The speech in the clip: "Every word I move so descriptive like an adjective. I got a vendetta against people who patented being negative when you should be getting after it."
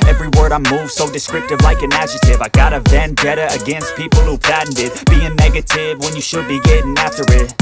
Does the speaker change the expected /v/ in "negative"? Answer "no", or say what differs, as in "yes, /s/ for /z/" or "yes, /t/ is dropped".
no